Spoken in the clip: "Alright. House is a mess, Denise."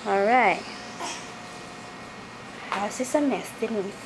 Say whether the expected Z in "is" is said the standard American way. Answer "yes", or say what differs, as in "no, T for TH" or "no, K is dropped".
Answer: no, S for Z